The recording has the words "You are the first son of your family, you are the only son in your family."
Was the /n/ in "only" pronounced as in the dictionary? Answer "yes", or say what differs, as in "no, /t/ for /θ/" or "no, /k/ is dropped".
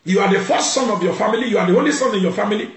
no, /n/ is dropped